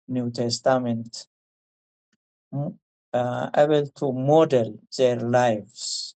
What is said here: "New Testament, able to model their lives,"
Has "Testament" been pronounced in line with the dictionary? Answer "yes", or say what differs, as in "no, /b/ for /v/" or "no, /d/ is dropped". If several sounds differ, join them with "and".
yes